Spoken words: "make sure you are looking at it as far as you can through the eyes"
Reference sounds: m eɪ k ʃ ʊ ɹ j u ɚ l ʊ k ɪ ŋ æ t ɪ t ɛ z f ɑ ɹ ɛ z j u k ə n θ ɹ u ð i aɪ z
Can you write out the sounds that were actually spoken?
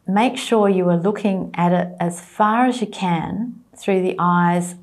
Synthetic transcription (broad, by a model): m eɪ k ʃ ʊ ɹ j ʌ ɚ l ʊ k ɪ ŋ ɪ t ɪ t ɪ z f ɑ ɹ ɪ z j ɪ k ə n θ ɹ u ð i aɪ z